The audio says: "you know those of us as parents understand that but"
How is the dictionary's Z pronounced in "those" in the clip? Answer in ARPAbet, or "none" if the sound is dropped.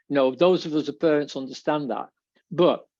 Z